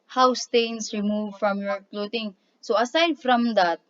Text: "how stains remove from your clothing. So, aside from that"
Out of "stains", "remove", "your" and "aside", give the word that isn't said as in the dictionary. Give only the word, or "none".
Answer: stains